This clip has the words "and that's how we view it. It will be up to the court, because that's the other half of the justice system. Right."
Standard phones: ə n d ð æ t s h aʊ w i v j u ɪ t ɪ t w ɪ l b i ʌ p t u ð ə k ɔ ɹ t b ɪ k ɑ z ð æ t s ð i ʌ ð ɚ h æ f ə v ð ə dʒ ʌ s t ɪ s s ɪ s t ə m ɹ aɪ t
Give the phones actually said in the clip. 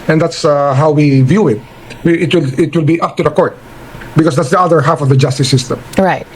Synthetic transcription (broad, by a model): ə n d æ t s h aʊ w i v j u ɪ t ɪ t w ɪ l b i ʌ p t u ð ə k ɔ ɹ t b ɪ k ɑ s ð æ t s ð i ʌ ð ɚ h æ f ə v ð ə dʒ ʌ s t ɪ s s ɪ s t ə m ɹ aɪ t